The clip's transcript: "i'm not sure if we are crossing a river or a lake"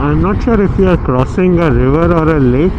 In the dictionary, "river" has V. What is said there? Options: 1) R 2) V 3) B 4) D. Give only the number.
2